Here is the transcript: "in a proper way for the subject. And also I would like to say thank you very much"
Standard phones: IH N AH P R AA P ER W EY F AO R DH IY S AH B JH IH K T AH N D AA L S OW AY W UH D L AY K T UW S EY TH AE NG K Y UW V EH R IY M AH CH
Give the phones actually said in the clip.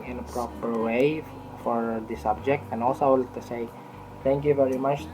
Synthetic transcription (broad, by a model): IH N AH P R AA P ER W EY F AO R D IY S AH B JH IH K T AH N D AA L S OW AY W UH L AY T UW S EY T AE NG K Y UW V EH R IY M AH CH